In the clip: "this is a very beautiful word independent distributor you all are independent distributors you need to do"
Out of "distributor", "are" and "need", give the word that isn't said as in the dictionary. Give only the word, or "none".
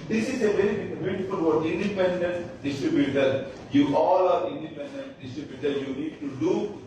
none